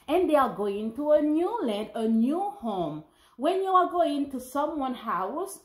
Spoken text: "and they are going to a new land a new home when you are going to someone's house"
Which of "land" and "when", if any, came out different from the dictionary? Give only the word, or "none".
none